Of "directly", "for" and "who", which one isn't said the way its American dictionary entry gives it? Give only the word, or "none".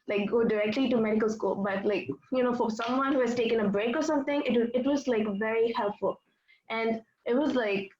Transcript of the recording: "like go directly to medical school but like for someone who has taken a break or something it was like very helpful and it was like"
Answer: none